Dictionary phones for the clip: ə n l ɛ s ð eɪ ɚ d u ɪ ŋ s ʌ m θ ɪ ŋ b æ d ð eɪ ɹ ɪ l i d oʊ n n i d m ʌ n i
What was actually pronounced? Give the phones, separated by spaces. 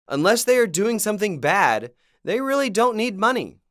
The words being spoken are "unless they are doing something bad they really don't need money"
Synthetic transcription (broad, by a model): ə n l ɛ s ð eɪ ɚ d u ɪ ŋ s ʌ m θ ɪ ŋ b æ d ð eɪ ɹ ɪ l i d oʊ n n i d m ʌ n i